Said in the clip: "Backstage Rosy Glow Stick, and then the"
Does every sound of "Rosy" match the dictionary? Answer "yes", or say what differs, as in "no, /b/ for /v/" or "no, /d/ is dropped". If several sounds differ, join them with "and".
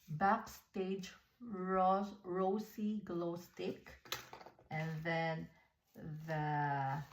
no, /s/ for /z/